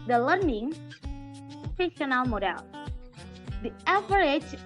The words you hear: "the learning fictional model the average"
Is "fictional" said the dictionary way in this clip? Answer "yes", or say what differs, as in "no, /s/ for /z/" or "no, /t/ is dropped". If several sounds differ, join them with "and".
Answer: no, /p/ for /f/